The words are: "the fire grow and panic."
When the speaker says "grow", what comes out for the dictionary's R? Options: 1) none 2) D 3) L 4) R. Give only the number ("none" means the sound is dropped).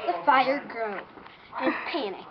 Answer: 4